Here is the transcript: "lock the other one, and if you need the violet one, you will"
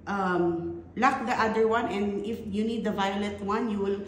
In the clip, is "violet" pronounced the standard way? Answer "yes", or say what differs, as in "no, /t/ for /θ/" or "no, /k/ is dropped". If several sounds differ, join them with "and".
yes